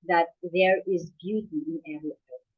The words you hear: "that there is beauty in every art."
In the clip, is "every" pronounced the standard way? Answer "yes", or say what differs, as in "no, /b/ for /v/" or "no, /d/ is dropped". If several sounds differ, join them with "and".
no, /l/ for /ɹ/